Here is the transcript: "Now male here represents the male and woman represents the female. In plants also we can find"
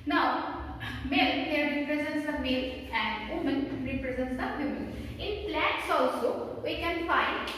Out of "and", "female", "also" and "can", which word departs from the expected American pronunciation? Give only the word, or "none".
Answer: female